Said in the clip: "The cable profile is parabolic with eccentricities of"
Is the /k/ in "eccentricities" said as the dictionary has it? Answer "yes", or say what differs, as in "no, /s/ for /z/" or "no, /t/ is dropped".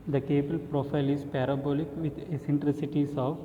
no, /k/ is dropped